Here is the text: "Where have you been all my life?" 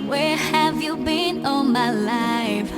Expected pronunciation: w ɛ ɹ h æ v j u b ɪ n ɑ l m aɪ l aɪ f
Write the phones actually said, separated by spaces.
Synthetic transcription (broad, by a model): w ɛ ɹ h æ v j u b ɪ n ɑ n m aɪ l aɪ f